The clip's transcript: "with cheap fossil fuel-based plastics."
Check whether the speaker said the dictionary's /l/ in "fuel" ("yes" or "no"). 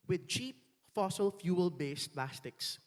yes